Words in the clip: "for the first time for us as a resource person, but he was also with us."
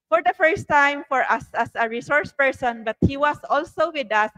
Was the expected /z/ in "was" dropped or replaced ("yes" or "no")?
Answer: yes